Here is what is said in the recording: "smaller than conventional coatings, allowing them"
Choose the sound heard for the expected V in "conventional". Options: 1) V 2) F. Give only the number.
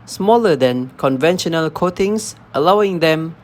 1